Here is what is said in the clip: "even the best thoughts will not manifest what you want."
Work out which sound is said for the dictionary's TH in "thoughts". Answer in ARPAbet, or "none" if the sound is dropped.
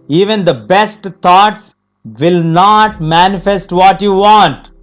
T